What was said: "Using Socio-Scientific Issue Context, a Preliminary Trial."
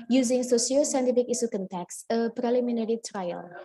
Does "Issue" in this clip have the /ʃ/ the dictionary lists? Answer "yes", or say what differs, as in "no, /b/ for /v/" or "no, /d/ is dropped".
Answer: no, /s/ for /ʃ/